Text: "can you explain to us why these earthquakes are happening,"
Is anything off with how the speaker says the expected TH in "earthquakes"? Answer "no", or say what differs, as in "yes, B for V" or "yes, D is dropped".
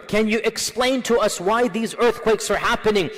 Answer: no